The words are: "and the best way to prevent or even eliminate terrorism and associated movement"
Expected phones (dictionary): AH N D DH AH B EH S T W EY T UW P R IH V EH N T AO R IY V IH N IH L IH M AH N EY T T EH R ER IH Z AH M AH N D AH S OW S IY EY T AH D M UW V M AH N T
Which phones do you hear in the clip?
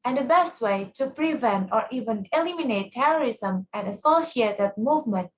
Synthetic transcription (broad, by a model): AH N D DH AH B EH S T W EY T UW P R IH V EH N T AO R IY V IH N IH L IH M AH N EY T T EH R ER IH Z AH M AH N D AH S OW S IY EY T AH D M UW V M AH N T